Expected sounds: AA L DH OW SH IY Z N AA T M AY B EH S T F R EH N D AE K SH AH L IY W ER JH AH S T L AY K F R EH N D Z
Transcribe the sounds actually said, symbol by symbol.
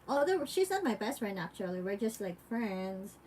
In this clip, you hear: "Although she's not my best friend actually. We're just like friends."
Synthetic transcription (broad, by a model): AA L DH OW SH IY Z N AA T M AY B EH S T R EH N AE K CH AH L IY W ER JH AH S T L AY K F R EH N D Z